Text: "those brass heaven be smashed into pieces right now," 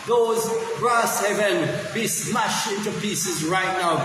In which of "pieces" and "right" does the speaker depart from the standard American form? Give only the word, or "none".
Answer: none